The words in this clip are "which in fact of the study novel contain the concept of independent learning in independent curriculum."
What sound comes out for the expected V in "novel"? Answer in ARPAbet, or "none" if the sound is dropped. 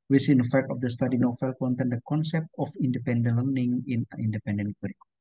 F